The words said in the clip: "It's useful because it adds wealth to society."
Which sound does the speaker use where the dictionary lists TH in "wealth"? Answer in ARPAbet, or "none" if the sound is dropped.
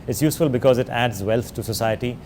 T